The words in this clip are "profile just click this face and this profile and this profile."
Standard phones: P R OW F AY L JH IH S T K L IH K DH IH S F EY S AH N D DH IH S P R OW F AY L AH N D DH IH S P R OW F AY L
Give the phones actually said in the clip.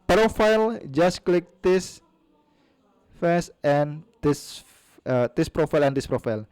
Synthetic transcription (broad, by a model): P R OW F AY L JH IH S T K L IH K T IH S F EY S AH N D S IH S P R OW F AY L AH N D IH S P R OW F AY L